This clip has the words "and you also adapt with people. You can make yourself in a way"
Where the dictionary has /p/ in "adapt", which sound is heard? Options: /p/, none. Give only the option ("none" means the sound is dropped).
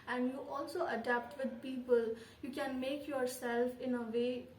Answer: /p/